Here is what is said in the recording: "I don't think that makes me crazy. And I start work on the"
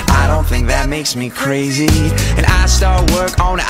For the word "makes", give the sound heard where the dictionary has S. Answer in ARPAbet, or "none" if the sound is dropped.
S